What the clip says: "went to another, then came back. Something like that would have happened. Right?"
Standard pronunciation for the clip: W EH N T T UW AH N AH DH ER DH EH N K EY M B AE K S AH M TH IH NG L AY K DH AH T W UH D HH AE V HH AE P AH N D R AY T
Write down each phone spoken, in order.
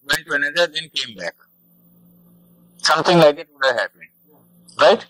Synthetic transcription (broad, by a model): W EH N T T UW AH N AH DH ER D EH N K EY M B AE K S AH M T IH NG L AY K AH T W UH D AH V HH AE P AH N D R AY T